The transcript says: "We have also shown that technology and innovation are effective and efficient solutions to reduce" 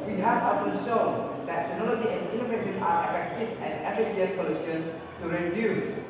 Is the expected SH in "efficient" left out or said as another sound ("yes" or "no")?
yes